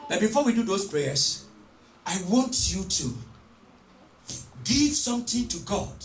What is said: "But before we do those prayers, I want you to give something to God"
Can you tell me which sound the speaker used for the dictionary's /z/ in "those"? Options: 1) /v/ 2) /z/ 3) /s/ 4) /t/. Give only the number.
3